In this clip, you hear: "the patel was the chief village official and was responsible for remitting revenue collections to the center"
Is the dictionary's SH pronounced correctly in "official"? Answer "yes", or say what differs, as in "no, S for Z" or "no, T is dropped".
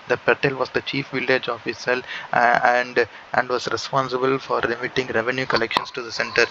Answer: no, S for SH